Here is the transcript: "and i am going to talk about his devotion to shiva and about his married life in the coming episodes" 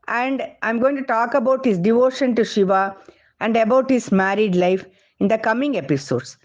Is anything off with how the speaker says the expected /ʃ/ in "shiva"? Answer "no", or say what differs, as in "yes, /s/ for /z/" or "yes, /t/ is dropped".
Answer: no